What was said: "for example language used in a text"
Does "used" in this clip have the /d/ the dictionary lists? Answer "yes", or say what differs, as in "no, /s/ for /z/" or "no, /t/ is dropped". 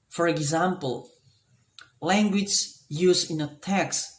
no, /d/ is dropped